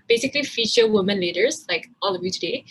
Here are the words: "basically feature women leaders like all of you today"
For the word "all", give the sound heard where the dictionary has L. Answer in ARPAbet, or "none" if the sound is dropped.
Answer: L